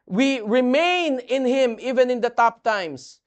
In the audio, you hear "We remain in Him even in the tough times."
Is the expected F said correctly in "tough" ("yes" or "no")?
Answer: no